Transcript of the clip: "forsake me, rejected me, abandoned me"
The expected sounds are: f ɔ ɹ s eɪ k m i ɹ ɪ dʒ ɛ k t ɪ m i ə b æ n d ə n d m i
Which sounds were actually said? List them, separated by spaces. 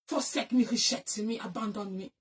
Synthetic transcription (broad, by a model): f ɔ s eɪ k m i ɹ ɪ ʃ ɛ t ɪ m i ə b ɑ n d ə n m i